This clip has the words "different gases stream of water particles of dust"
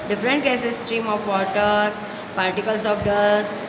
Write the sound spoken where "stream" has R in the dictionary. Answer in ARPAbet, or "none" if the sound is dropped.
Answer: R